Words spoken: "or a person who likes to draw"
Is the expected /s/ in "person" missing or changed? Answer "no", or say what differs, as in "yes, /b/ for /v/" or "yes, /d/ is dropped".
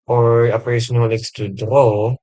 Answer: yes, /s/ is dropped